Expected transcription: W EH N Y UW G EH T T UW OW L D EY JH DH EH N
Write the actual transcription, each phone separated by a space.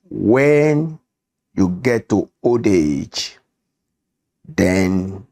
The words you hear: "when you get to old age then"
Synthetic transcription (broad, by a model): W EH N Y UW G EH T T UW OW D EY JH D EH N